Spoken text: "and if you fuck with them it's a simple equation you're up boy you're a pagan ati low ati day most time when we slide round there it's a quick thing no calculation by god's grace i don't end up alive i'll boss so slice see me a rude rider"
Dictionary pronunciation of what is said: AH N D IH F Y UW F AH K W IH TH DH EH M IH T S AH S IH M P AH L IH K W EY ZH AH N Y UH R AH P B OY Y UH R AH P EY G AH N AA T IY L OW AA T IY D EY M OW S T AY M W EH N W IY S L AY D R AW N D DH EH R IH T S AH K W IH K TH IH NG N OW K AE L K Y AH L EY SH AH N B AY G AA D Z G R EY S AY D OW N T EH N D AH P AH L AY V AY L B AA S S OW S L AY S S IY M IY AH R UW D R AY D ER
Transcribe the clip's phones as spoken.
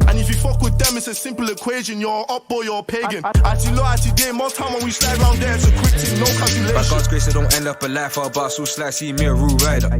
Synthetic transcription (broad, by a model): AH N IH F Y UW F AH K W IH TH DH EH M IH T S AH S IH M P AH L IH K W EY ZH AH N Y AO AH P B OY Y AH P EY G AH N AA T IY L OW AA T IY D EY M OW T AY M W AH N W IY S L AY D R AW N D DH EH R IH T S AH K W IH K T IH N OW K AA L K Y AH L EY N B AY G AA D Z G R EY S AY D OW N T EH N D AH P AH L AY F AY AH B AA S S OW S L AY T S IY M IY AH R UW R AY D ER